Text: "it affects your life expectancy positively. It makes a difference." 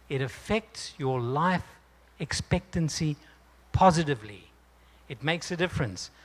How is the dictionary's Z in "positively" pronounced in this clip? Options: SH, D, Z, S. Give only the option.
Z